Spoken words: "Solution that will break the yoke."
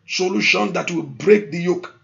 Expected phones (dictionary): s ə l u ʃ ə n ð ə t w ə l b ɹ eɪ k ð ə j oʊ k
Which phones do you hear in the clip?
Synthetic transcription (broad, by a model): s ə l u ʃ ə n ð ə t w ə l b ɹ eɪ k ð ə j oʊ k